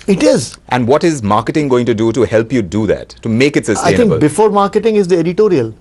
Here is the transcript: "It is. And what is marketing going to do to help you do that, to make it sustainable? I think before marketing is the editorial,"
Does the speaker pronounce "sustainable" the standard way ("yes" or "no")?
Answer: no